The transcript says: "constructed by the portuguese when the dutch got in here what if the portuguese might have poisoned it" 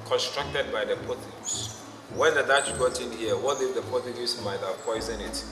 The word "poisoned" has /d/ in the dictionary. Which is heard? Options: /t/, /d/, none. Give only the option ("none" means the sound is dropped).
none